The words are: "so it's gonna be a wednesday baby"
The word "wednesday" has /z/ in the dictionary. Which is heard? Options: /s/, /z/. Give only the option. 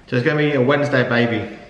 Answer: /z/